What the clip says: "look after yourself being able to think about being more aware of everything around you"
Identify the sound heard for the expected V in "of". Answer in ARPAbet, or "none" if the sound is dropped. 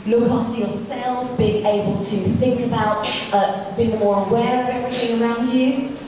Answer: V